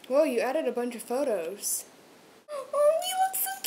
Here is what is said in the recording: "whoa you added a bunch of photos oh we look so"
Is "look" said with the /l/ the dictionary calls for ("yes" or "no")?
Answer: no